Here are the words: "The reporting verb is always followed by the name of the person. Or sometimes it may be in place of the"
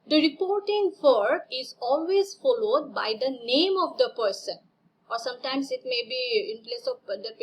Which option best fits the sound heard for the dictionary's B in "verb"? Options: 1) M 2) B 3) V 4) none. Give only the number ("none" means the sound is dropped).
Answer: 4